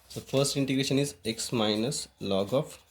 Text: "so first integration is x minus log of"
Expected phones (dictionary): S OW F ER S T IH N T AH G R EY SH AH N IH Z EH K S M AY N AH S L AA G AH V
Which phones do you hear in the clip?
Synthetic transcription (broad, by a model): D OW F ER S T IH N T AH G R EY SH AH N IH Z EH K S M AY N AH S L AA G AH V